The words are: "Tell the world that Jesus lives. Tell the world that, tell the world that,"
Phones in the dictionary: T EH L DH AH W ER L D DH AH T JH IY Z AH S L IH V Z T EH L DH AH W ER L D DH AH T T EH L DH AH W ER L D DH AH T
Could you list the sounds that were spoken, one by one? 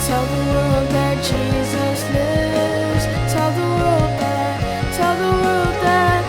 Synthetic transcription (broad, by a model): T EH L DH AH W ER L D DH AH T JH IY Z AH S L IH V Z T EH L DH AH W ER L D DH AH T T EH L DH AH W ER L D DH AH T